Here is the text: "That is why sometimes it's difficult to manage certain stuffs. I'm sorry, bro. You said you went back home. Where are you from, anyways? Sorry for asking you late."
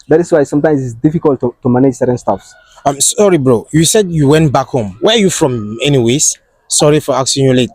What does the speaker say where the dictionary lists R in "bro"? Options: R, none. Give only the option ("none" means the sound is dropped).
R